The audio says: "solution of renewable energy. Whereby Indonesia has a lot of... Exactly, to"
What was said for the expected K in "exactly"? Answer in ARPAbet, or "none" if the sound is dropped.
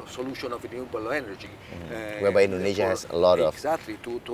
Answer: none